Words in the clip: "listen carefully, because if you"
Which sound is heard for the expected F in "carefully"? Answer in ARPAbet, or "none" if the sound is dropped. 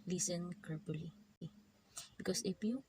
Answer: P